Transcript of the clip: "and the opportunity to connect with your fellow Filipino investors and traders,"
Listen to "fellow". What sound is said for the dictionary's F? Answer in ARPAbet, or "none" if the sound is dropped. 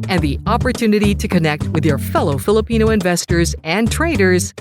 F